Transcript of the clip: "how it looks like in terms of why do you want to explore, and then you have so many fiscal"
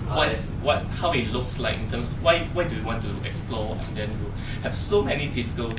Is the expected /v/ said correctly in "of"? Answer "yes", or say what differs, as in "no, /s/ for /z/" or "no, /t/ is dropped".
no, /w/ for /v/